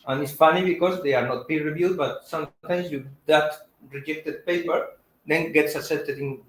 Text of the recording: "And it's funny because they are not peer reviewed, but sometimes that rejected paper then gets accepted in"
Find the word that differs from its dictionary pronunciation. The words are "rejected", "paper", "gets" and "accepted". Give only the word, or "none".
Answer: accepted